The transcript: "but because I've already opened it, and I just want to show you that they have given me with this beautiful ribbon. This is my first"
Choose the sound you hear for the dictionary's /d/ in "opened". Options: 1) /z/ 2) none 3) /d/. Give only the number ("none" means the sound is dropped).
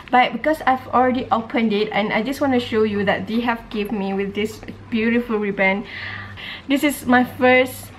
3